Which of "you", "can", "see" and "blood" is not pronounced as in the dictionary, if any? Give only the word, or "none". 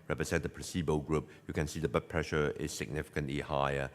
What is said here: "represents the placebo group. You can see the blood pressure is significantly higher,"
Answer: blood